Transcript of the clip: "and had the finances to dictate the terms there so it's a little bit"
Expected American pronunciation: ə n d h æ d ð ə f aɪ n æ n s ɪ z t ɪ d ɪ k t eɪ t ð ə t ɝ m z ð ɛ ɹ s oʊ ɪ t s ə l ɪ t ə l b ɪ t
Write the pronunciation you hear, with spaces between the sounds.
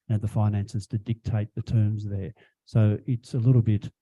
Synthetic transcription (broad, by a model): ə n ð ə f aɪ n æ n s ɪ z t ɪ d ɪ k t eɪ t ð ə t ɝ m z ð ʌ ɹ s oʊ ɪ t s ə l ɪ t l b ɪ t